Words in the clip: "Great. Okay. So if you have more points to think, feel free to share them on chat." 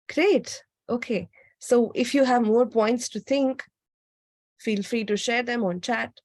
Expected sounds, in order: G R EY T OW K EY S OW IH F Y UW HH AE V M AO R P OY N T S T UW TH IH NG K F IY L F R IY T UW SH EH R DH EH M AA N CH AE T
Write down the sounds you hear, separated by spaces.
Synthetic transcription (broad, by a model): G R EY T OW K EY S OW IH F Y UW HH AE V M AO R P OY N T S T UW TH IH NG K F IY L F R IY T UW SH EH R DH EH M AA N CH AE T